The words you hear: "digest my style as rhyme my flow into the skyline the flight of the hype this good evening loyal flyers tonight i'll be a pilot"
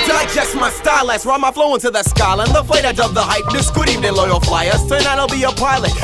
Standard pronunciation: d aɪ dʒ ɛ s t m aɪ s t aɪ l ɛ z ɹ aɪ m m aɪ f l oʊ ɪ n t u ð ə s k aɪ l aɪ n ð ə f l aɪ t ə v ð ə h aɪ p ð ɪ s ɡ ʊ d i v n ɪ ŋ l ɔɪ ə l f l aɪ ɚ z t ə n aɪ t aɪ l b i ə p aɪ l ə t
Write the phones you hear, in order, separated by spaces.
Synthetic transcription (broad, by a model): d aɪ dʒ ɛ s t m aɪ s t aɪ l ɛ s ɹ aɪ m m aɪ f l oʊ ɪ n t u ð ə s k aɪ l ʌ n ð ə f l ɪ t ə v ð ə h aɪ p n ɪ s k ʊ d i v ɪ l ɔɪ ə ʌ f l aɪ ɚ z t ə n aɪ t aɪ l b i ə p aɪ l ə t